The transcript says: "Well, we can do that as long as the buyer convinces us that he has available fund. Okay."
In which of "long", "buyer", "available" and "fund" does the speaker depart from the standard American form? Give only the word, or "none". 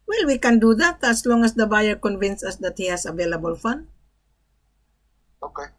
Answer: fund